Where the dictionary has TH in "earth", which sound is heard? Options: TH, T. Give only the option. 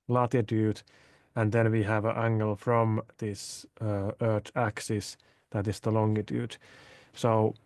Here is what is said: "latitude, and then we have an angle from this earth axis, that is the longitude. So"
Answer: T